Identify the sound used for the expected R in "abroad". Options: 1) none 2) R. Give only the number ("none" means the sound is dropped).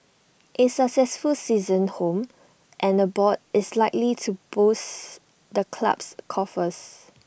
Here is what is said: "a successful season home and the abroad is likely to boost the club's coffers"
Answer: 1